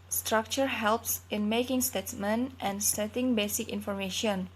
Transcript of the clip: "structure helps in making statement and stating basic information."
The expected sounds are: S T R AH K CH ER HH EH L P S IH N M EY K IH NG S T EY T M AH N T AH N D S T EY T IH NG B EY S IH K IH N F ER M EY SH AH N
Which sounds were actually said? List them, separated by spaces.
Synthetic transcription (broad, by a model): S T R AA K CH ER HH EH L P S IH N M EY K IH NG S T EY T M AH N T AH N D S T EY T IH NG B EY S IH K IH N F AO M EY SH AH N